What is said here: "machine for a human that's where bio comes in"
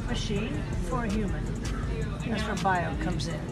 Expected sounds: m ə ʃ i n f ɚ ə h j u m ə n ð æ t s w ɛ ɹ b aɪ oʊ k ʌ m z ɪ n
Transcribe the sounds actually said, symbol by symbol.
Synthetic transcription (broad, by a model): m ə ʃ i n f ɚ ə h j u m ə n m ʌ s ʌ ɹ b aɪ oʊ k ʌ m z ɪ n